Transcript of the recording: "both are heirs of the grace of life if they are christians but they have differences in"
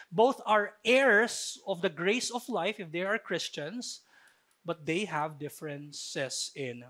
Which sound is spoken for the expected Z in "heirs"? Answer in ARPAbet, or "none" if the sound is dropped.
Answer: S